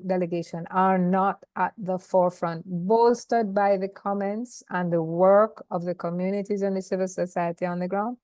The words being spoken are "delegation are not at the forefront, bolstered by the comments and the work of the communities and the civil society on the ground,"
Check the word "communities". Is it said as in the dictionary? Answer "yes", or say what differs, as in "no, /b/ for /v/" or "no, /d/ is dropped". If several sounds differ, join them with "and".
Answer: yes